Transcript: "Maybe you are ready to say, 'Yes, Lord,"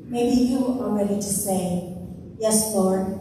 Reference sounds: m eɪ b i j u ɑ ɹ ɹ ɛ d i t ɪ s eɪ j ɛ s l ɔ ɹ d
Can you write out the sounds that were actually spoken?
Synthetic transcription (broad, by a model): m eɪ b i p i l l ɹ ɛ d i t ɪ s eɪ j ɛ s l ɔ ɹ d